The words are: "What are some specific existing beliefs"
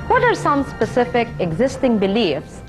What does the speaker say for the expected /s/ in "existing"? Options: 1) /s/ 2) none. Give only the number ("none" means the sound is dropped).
1